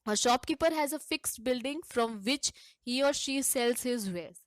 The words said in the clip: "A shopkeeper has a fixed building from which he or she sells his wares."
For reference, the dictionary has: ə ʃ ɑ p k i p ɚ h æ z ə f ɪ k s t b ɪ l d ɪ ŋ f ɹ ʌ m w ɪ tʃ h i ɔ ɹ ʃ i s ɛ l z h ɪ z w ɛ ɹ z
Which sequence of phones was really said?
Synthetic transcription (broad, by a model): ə ʃ ɑ p k i p ɚ h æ z ə f ɪ k s t b ɪ l d ɪ ŋ f ɹ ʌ m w ɪ tʃ h i ɔ ɹ ʃ i s ɛ l z h ɪ z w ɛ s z